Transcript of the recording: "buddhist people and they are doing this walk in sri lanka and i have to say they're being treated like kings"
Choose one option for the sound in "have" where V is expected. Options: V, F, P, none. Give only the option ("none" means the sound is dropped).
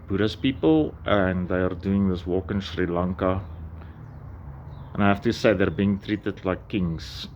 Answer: F